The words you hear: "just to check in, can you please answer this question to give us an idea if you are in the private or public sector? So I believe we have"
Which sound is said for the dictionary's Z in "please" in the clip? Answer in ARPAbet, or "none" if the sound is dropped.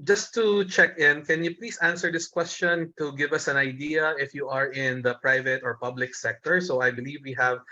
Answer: S